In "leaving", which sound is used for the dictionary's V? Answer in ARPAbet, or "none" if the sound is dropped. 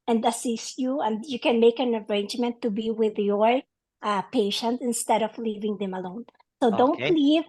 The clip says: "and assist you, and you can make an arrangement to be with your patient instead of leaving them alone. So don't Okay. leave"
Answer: V